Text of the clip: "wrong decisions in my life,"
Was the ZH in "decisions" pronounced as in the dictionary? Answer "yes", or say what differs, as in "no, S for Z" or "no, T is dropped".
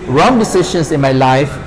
no, SH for ZH